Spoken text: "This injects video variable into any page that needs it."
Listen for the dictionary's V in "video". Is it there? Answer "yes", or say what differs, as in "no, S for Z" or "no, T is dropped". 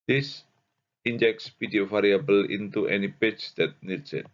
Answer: no, P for V